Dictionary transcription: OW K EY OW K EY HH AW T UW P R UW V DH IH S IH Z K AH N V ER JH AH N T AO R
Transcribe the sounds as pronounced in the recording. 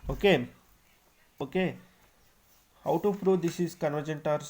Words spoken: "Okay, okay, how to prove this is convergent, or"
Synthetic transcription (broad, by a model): OW K EY OW K EY HH AW T UW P R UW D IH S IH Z K AH N V ER JH AH N T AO R